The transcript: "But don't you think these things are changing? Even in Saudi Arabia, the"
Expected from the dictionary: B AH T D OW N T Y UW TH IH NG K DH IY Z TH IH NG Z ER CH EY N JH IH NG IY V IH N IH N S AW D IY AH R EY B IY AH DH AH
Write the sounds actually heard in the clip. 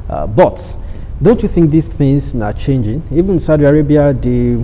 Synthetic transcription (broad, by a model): B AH T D OW N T Y UW TH IH NG K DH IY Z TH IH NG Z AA CH EY N JH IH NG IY V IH IH N S AW D IY AH R EY B IY AH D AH